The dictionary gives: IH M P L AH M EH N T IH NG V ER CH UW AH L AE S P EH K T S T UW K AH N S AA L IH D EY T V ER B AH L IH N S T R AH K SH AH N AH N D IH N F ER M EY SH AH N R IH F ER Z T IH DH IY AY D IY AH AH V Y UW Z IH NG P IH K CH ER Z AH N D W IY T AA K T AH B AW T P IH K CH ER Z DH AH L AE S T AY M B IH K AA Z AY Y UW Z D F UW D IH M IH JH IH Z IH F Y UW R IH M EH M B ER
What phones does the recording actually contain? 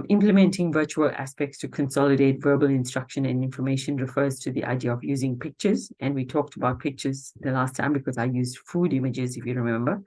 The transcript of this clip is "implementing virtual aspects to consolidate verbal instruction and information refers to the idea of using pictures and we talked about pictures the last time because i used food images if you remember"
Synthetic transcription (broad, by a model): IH M P L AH M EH N T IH NG V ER CH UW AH L AE S P EH K T S T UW K AH N S AA L IH D EY T V ER B AH L IH N S T R AH K SH AH N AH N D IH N F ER M EY SH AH N R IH F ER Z T IH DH IY AY D IY AH AH V Y UW Z IH NG P IH K CH ER Z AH N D W IY T AA K T AH B AW T P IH K CH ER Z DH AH L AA S T AY M B IH K AA Z AY Y UW Z D F UW D IH M IH JH IH Z IH F Y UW R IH M EH M B ER